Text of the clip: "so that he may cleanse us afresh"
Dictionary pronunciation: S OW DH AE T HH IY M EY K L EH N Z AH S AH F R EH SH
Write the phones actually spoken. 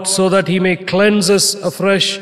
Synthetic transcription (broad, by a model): S OW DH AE T HH IY M EY K L EH N Z AH S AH F R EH SH